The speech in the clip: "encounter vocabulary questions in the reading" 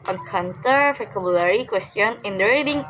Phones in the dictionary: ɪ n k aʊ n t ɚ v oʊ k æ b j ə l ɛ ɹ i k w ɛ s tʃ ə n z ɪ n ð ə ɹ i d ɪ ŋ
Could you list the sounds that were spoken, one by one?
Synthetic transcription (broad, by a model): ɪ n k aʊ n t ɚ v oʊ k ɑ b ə l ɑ ɹ i k w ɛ s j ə n ɪ n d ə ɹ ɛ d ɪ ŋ